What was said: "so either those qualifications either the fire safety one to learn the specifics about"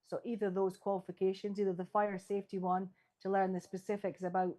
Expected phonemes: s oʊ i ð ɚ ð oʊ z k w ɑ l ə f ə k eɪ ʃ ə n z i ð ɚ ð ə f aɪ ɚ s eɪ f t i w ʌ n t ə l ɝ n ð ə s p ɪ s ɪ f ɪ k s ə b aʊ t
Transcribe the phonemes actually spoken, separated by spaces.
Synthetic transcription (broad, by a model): s oʊ i ð ɚ ð oʊ z k w ɑ l ə f ə k eɪ ʃ ə n z i ð ɚ ð ə f aɪ ɚ s eɪ f t i w ʌ n t ə l ɝ n ð ə s p ɪ s ɪ f ɪ k s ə b aʊ t